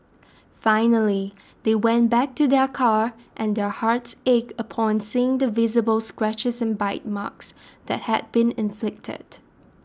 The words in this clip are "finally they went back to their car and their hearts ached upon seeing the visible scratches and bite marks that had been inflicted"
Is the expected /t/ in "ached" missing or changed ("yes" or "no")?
yes